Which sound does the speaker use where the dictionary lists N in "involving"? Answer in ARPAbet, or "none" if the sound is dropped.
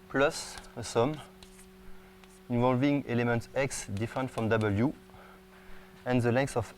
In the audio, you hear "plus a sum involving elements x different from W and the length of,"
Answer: N